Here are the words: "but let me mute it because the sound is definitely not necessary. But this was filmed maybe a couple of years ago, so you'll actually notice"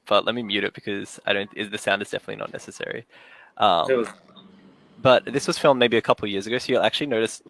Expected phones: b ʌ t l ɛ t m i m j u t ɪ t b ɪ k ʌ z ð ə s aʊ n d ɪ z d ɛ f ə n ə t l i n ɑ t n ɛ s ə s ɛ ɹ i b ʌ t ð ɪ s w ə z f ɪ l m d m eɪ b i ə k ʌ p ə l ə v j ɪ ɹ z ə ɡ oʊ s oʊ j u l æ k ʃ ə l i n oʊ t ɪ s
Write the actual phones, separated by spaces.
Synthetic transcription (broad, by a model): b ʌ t l ɛ t m i m j u t ɪ t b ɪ k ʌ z ð ə s aʊ n d ɪ z d ɛ f ə n ə t l i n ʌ t n ɛ s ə s ɛ ɹ i b ʌ t ð ɪ s w ə z f ɪ l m m eɪ b i ə k ʌ p l j ɪ ɹ z ə ɡ oʊ s oʊ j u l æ k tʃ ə l i n oʊ t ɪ s